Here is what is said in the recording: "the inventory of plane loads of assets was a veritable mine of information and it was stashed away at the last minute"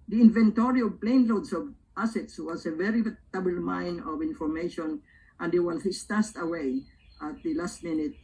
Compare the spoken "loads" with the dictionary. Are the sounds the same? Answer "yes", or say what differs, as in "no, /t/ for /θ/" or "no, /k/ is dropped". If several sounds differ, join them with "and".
no, /s/ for /z/